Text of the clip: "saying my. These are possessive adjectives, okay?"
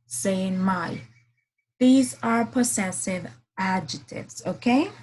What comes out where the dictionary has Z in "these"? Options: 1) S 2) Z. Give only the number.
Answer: 2